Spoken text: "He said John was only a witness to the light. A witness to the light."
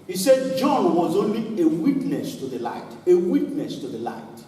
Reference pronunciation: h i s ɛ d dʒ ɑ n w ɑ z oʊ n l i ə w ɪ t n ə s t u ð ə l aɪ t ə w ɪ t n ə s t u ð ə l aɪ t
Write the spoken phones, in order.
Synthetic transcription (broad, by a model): h i s ɛ d dʒ ɑ n w ɑ z oʊ n l i ə w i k n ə s t u ð ə l aɪ t ə w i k n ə s t u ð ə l aɪ t